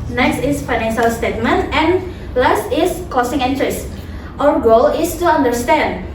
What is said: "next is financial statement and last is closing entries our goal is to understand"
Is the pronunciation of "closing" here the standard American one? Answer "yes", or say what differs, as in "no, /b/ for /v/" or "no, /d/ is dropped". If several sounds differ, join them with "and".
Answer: no, /l/ is dropped and /s/ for /z/